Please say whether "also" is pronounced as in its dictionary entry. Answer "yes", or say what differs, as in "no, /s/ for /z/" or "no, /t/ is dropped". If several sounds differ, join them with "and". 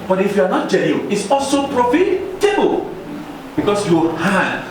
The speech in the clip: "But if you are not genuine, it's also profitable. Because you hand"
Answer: yes